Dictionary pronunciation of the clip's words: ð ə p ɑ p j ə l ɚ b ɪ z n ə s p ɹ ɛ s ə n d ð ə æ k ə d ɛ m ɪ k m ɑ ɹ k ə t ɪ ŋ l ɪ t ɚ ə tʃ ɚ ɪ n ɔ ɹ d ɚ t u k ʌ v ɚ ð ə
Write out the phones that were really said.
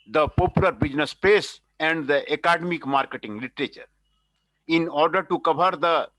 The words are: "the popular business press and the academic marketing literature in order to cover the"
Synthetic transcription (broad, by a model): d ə p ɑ p j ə l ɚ b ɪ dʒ n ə s p ɛ s ə n d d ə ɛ k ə d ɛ m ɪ k m ɑ ɹ k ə t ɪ ŋ l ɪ t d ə tʃ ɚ ɪ n ɔ ɹ d ɚ t u k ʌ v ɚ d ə